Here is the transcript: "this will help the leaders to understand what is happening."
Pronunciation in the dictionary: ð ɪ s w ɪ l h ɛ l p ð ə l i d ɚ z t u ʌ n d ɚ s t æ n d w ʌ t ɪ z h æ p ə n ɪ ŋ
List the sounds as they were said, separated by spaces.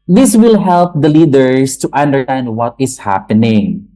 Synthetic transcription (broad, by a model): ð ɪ s w ɪ l h ɛ l p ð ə l i d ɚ s t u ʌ n d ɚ t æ n d w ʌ t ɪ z h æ p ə n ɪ ŋ